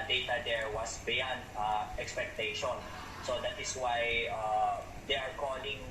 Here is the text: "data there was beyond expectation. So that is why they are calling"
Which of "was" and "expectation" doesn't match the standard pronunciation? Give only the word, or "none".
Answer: was